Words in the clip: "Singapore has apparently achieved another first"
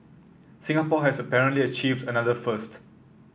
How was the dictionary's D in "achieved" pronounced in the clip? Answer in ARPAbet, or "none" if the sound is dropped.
D